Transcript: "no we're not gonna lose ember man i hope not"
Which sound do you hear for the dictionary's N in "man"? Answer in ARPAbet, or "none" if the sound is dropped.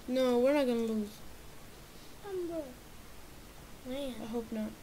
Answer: none